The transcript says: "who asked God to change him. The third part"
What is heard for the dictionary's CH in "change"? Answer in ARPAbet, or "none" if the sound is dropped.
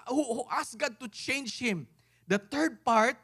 CH